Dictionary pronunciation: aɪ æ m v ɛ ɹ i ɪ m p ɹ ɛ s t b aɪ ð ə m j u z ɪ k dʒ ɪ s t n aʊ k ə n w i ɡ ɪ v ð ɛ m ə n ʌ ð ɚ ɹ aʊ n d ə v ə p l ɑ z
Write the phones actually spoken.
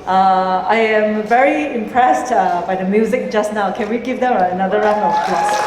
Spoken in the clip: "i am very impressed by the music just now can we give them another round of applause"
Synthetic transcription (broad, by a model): aɪ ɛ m v ɛ ɹ i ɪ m p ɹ ɛ s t b aɪ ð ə m j u z ɪ k dʒ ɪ s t n aʊ k ə n w i ɡ ɪ v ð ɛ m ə n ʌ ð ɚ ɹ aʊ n ə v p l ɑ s